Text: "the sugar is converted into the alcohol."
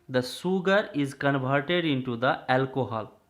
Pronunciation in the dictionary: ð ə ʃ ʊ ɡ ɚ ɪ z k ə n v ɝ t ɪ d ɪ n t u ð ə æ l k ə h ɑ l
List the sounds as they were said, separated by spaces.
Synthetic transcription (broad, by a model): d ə s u ɡ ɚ ɪ z k ə n v ɝ t ɪ d ɪ n t u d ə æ l k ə h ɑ l